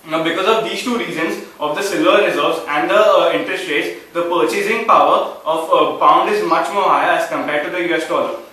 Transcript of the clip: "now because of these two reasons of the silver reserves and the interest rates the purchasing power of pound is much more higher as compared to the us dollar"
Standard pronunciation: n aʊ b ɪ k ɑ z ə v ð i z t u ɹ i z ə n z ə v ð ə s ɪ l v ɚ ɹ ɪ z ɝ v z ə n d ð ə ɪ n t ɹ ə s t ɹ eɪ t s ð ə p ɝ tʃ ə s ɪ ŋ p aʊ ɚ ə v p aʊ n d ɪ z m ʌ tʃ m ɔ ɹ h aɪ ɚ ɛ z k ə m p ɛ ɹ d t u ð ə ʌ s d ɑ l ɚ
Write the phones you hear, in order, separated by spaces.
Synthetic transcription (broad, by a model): b ɪ k ɑ z ə v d i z t u ɹ i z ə n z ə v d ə s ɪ l ɚ ɹ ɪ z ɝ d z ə n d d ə ɪ n t ɹ ə s t ɹ eɪ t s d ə p ɝ tʃ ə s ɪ ŋ p aʊ ɚ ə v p aʊ n d ɪ z m ʌ tʃ m ɔ ɹ h aɪ ɚ ɛ z k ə m p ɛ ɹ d t u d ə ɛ s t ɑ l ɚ